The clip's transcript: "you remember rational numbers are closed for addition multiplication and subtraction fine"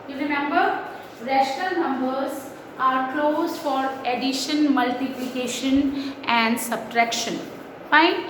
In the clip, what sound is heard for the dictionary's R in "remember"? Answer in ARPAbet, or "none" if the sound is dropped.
R